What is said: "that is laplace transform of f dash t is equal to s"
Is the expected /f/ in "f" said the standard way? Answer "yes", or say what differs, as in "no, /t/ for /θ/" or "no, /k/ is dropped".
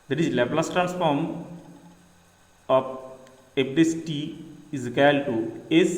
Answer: no, /p/ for /f/